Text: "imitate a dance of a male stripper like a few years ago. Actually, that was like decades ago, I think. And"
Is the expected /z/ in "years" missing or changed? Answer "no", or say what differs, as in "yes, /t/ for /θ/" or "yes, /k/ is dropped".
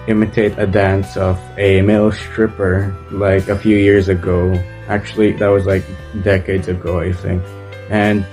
no